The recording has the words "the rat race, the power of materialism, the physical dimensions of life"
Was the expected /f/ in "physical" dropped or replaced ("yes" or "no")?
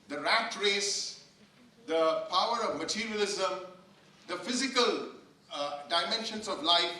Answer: no